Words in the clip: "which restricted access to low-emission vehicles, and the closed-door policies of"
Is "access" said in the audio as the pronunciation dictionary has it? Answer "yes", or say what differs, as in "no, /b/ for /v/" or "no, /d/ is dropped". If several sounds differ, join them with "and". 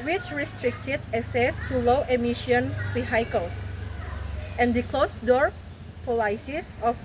no, /k/ is dropped